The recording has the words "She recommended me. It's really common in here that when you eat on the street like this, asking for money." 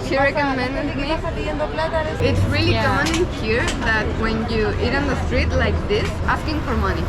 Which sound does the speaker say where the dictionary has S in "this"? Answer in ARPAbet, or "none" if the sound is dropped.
S